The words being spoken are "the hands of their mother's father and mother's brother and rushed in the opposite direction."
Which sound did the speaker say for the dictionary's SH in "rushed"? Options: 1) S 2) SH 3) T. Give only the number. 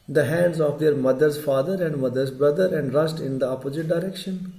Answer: 1